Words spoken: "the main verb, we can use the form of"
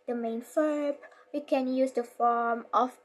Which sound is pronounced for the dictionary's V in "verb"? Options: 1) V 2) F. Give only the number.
2